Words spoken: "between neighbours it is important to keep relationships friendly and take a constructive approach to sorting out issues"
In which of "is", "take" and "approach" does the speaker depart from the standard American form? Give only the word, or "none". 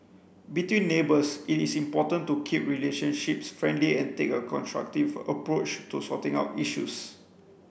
is